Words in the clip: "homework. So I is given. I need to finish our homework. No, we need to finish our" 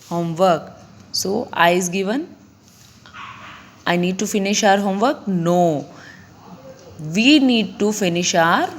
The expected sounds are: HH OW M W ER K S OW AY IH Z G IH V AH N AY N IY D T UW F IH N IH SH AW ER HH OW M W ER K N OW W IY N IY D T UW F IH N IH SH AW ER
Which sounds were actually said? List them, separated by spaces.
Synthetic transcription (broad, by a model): HH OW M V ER K S OW AY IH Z G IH V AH N AY N IY D T UW F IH N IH SH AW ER HH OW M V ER K N OW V IY N IY D T UW F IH N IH SH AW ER